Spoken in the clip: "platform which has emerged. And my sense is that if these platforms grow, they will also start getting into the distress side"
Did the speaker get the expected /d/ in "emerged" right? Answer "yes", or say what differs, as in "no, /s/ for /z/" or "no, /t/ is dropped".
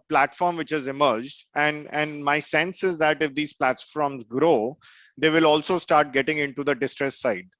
yes